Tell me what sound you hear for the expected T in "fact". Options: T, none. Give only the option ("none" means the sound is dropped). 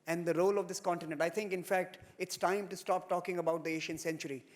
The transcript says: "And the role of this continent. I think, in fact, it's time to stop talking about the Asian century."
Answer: T